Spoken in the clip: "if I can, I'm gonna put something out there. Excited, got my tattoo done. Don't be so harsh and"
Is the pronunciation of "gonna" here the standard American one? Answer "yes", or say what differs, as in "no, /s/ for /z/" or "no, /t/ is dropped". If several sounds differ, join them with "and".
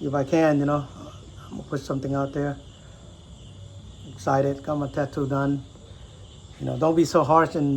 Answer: no, /n/ is dropped